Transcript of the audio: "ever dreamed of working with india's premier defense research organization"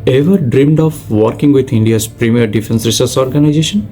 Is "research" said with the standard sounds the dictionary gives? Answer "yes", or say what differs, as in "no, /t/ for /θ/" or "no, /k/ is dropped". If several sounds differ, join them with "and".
no, /s/ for /tʃ/